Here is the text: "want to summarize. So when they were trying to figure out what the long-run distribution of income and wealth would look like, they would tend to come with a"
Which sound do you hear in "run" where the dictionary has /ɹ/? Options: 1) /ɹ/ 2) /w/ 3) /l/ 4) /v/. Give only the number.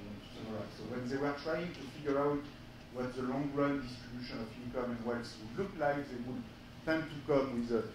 1